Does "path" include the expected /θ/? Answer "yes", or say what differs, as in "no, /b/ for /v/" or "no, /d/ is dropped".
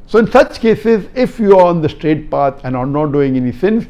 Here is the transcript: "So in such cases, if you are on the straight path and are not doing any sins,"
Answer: no, /t/ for /θ/